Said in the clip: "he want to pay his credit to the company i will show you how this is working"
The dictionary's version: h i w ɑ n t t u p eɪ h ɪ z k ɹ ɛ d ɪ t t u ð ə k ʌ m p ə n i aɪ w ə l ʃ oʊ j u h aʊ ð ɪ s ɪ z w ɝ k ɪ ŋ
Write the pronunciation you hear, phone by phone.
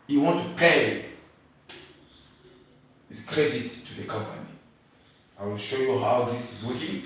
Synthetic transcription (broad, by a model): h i w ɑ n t t u p eɪ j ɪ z k ɹ ɛ d ɪ t t u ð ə k ʌ m p ə n i aɪ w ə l ʃ oʊ j u h aʊ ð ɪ s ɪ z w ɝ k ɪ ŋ